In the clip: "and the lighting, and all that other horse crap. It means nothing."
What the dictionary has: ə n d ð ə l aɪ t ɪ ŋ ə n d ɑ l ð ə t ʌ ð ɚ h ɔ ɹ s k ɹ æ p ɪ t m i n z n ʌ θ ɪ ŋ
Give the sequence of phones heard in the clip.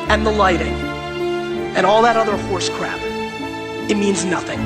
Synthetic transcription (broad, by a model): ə n ð ə l aɪ t ɪ ŋ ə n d ɑ l ð ə t ʌ ð ɚ h ɔ ɹ s k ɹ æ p ɪ t m i n z n ʌ θ ɪ ŋ